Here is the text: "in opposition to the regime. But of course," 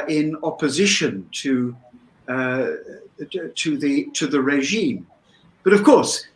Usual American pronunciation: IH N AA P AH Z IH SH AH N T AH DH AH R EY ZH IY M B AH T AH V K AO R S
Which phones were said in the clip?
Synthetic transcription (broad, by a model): IH N AA P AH Z IH SH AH N T AH DH AH R EY ZH IY M B AH T AH V K AO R S